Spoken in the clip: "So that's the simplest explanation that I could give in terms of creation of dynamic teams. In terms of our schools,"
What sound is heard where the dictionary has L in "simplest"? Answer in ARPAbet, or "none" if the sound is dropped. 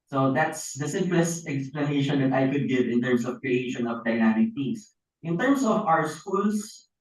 L